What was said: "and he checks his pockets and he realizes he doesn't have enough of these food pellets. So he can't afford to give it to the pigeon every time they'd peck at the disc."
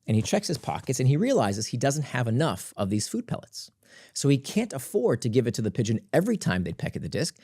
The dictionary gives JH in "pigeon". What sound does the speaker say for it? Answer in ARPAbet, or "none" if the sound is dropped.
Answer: JH